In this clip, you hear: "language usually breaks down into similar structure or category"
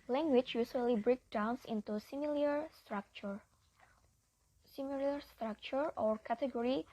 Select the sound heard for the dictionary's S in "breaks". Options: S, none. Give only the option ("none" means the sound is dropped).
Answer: none